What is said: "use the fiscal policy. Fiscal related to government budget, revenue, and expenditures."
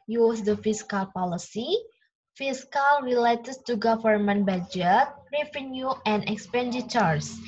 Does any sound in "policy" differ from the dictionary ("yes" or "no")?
no